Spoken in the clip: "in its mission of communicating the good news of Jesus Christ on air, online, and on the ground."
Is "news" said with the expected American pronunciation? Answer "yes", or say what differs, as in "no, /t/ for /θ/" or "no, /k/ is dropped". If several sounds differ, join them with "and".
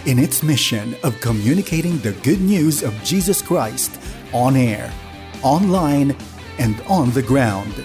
yes